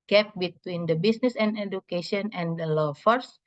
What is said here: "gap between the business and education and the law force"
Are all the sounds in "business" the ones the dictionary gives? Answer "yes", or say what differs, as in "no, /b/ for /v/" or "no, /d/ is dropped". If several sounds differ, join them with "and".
no, /s/ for /z/